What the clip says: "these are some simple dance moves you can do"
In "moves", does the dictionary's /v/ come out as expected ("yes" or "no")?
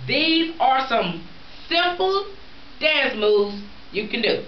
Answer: no